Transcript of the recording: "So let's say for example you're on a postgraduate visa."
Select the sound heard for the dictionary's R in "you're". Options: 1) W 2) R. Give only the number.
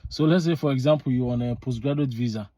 1